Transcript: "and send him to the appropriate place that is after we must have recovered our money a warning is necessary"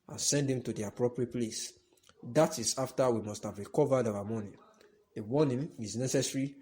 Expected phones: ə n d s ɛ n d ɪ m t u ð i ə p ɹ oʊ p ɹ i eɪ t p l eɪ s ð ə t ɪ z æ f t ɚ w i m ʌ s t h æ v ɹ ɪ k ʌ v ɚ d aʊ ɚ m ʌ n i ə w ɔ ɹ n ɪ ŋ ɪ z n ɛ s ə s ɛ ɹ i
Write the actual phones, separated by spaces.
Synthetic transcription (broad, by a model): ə n s ɛ n d ɪ m t u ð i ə p ɹ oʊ p ɹ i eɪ t p l eɪ s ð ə t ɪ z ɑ f t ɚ w i m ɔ s t h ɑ v ɹ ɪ k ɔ v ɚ d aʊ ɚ m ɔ n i ə w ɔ n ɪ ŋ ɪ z n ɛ s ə s ɹ i